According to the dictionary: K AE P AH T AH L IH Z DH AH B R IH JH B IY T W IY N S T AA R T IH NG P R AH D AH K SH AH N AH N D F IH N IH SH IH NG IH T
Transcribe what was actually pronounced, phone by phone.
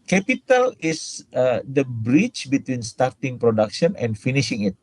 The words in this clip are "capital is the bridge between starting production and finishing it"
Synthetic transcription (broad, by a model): K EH P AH T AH L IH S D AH B R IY CH B IY T W IY N S T AA R T IH NG P R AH D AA K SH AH N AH N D F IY N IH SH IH NG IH T